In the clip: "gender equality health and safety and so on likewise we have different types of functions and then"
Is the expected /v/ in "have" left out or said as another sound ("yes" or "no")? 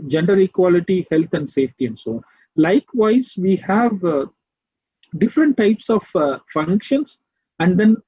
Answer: no